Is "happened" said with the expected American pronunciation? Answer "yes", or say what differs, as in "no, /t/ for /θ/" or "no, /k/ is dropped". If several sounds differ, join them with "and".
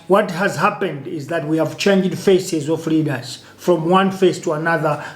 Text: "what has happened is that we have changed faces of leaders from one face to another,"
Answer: yes